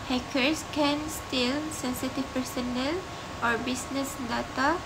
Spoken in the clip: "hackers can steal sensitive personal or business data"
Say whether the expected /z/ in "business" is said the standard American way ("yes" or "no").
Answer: no